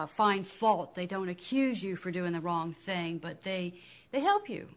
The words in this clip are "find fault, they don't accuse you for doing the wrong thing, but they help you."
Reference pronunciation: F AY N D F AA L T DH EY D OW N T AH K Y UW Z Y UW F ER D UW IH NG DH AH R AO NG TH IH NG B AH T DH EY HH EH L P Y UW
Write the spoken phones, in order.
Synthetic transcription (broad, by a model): F AY N F AA L T DH EY D OW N T AH K Y UW Z Y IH F ER D UW IH NG DH AH R AO NG TH IH NG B AH T DH EY HH EH L P Y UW